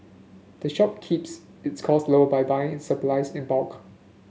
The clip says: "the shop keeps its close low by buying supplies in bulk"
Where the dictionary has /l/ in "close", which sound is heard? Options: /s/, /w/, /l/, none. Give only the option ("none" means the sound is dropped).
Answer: none